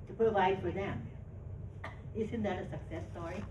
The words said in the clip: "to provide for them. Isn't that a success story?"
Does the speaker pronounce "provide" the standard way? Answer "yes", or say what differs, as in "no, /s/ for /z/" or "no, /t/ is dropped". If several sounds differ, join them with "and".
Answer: no, /ɹ/ is dropped